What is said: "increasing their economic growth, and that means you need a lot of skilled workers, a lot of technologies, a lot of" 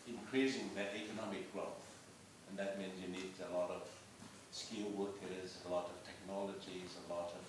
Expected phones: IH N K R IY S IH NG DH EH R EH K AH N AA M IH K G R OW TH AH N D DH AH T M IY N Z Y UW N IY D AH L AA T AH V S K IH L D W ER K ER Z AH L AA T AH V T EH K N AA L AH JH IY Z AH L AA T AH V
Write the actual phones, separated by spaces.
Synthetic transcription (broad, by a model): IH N K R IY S IH NG DH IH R EH K AH N AA M IH K G R OW TH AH N DH AH T M IY N Z Y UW N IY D AH L AA T AH V S K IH L W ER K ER Z AH L AA T AH V T EH K N AA L AH JH IY Z AH L AA T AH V